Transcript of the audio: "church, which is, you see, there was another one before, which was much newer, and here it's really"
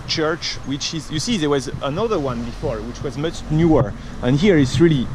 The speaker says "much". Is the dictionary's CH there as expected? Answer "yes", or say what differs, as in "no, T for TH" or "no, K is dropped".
yes